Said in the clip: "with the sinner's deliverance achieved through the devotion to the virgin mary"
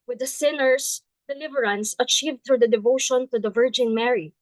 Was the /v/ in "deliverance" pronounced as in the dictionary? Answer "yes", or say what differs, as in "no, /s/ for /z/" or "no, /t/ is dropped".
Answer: yes